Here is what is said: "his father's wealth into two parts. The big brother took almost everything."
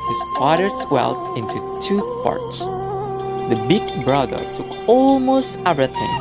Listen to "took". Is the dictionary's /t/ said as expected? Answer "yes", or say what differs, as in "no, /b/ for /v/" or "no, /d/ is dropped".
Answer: yes